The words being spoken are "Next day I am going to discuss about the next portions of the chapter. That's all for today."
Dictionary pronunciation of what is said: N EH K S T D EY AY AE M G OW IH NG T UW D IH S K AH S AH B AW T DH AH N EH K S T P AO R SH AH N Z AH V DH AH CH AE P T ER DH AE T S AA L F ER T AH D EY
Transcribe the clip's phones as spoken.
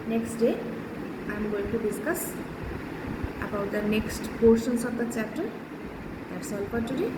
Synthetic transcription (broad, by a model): N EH K S T D EY AY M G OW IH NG T UW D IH S K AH S AH B AW T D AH N EH K S T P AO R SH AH N S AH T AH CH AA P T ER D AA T S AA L P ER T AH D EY